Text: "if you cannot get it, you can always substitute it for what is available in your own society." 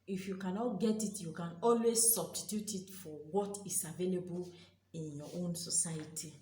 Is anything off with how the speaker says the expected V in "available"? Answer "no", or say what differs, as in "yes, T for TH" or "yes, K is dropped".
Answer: no